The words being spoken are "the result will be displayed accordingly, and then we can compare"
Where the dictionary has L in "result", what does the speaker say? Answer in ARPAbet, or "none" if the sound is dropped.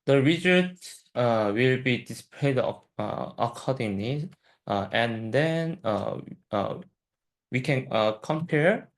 none